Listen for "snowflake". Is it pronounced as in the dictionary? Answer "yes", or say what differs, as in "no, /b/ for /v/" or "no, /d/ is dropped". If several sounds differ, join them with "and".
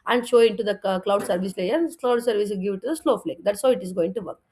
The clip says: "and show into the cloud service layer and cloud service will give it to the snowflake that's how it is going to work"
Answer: no, /l/ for /n/